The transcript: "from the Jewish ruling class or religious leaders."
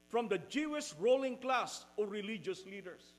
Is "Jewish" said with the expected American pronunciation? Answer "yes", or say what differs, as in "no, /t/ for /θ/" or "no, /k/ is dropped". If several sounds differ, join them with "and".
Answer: no, /s/ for /ʃ/